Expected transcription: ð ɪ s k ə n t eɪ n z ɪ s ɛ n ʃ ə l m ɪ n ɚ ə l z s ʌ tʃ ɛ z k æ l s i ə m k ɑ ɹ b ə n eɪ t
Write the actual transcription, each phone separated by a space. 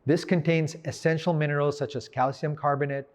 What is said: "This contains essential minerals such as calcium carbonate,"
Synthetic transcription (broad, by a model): ð ɪ s k ə n t eɪ n z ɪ s ɛ n ʃ l m ɪ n ɚ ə l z s ʌ tʃ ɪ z k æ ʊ s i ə m k ɑ ɹ b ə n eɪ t